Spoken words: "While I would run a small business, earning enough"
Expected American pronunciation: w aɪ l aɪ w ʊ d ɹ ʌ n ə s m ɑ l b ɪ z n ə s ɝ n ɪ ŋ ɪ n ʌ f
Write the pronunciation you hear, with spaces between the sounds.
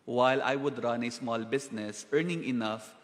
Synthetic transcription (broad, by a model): w aɪ l aɪ w ʊ d ɹ ʌ n ə s m ɑ l b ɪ s n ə s ɝ n ɪ ŋ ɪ n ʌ f